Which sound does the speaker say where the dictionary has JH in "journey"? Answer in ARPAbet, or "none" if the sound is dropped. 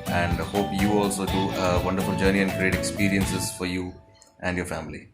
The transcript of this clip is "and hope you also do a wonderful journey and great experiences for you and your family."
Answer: JH